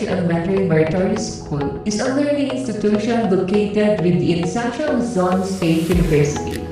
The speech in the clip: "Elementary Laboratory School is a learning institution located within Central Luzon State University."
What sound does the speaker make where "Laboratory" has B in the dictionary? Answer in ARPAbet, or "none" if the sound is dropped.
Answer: none